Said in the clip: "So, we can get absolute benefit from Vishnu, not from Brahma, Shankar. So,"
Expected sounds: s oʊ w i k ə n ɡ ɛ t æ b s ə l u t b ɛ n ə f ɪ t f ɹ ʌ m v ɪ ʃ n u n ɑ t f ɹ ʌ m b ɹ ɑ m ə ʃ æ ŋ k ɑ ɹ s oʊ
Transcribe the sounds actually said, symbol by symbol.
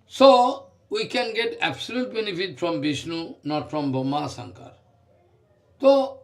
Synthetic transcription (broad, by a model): s oʊ w i k ə n ɡ ɛ t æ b s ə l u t b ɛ n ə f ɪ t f ɹ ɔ m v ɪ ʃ n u n ɑ t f ɹ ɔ m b ɑ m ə s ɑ ŋ k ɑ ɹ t oʊ